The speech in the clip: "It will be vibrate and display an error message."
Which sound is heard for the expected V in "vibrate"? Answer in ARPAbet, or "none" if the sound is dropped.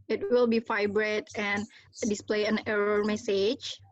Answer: F